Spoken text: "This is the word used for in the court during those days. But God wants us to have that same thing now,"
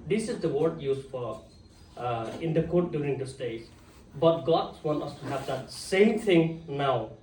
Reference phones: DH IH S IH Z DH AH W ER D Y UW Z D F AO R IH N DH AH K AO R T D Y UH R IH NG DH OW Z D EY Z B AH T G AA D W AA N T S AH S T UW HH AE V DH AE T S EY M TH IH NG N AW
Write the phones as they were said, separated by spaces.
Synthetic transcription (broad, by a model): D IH S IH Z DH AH W ER D Y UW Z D F AO R IH N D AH K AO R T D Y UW R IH NG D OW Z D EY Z B AH T G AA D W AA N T AH S T UW HH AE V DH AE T S EY M T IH NG N AW